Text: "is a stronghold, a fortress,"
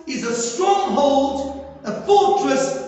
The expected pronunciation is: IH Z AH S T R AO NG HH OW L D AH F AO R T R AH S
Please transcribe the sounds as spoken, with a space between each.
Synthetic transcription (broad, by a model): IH Z AH S T R AO NG HH OW L D AH F AO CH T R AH S